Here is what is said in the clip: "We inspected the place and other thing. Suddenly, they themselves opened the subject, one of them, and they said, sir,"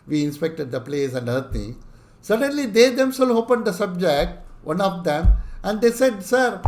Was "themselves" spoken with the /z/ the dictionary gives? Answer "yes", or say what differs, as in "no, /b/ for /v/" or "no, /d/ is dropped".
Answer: no, /z/ is dropped